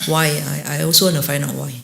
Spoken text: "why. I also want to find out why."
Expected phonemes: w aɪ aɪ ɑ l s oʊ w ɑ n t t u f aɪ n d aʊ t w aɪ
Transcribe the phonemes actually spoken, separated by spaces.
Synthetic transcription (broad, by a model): w aɪ aɪ ɑ l s oʊ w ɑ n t t u f aɪ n aʊ t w aɪ